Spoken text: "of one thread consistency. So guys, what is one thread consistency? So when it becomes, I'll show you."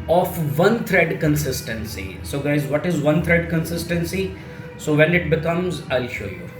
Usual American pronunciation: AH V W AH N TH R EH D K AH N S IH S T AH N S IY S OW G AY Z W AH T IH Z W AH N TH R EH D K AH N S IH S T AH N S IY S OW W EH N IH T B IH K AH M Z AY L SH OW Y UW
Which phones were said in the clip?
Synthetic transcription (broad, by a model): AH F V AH N T R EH D K AH N S IH S T AH N S IY S OW G AY Z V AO T IH Z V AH N T R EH D K AH N S IH S T AH N S IY S OW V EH N IH T B IH K AH M Z AY L SH OW Y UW